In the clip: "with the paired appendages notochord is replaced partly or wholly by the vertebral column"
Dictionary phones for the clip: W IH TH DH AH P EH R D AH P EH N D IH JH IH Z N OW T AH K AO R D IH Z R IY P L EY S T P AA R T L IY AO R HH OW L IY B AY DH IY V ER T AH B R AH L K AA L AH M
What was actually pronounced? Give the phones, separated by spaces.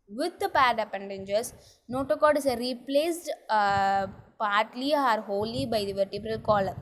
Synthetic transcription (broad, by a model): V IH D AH P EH R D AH P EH N D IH JH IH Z N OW T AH K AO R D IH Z R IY P L EY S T P AA R T L IY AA R HH OW L IY B AY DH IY V ER T AH B R AH L K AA L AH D